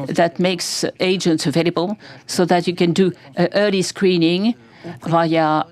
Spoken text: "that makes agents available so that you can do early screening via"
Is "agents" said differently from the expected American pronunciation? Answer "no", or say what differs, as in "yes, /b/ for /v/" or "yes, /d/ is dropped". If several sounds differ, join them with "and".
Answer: no